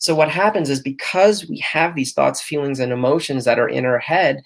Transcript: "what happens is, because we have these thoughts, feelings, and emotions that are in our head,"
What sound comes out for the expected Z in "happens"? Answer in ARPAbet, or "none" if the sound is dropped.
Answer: Z